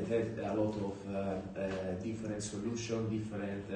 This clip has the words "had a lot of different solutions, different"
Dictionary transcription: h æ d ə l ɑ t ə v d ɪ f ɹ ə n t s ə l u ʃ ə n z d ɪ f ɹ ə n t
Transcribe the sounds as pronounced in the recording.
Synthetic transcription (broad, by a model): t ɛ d ə l ɑ t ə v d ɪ f ɹ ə n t s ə l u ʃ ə n d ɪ f ɹ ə n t